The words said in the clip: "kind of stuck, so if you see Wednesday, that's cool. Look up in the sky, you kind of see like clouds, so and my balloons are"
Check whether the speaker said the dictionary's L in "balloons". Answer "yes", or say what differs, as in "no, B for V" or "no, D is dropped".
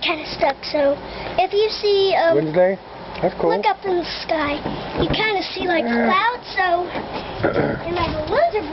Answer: no, W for L